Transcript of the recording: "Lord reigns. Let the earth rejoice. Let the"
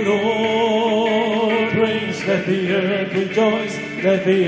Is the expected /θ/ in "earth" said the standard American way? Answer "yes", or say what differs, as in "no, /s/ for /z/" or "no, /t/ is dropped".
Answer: no, /t/ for /θ/